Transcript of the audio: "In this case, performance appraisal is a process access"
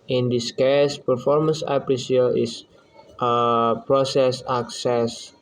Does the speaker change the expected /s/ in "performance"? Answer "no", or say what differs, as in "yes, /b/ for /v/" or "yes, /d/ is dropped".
no